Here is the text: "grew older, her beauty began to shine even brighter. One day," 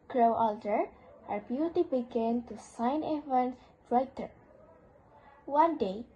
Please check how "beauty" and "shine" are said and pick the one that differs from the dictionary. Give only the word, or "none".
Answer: shine